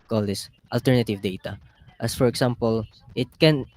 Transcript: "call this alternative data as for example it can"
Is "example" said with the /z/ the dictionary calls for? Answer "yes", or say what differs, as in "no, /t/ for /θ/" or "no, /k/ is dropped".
no, /s/ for /z/